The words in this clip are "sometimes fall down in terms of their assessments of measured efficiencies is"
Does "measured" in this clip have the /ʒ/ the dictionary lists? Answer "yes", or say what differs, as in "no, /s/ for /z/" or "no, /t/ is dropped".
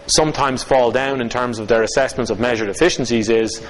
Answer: yes